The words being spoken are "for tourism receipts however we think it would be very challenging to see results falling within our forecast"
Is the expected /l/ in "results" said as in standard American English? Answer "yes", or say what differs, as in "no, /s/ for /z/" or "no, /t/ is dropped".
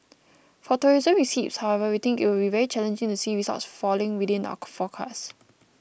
no, /l/ is dropped